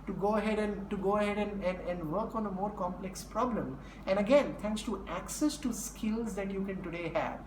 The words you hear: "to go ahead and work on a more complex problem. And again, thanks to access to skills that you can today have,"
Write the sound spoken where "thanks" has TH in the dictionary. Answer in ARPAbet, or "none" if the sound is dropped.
T